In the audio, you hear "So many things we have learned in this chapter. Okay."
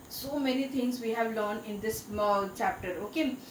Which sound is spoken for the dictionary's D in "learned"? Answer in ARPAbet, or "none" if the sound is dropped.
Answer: none